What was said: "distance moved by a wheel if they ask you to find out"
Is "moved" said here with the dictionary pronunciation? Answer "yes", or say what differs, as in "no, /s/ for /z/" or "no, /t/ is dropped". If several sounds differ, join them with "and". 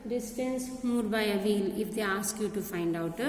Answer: no, /v/ is dropped